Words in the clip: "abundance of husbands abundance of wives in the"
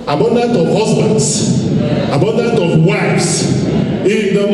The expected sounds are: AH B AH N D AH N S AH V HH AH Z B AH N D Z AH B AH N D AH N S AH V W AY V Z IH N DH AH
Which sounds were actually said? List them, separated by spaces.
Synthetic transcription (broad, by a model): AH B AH N D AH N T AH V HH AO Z B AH N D S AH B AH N D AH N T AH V W AY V S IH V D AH